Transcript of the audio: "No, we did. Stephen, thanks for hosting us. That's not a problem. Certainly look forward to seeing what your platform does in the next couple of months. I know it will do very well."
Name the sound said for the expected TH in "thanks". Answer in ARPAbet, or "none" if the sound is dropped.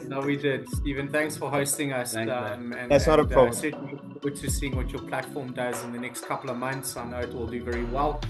TH